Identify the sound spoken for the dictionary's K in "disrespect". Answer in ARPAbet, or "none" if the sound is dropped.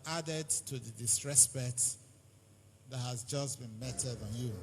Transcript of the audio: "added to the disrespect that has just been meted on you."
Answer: none